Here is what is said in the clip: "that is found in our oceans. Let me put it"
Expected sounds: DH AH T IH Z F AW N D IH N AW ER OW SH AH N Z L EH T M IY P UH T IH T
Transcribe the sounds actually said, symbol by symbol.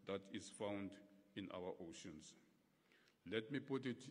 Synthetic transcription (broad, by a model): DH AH T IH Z F AW N D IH N AW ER OW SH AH N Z L EH T M IY P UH T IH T